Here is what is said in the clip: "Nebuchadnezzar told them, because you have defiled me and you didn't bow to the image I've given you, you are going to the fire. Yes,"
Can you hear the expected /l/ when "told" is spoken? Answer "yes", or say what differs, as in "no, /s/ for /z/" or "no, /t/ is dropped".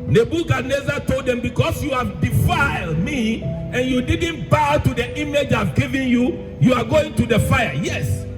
yes